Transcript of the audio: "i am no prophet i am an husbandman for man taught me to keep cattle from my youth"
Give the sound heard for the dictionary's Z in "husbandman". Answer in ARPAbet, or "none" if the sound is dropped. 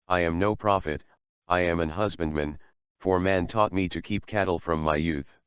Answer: Z